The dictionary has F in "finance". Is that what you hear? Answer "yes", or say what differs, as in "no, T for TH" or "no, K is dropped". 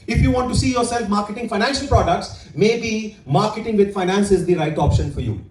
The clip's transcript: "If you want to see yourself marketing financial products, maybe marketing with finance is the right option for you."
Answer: yes